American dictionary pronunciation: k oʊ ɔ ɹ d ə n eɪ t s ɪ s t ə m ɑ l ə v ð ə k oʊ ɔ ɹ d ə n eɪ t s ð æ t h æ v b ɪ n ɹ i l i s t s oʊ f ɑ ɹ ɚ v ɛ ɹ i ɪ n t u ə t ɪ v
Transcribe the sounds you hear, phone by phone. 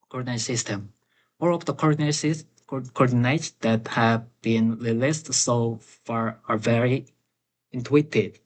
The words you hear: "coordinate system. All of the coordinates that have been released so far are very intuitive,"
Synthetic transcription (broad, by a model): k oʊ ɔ ɹ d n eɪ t s ɪ s t ə m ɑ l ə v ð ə k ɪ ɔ ɹ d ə n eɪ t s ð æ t h æ v b ɪ n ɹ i l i s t s oʊ f ɑ ɹ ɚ v ɛ ɹ i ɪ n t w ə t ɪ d